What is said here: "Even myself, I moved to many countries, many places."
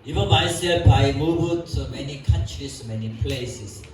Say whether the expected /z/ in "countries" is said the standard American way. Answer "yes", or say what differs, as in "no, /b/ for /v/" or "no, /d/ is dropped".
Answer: no, /s/ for /z/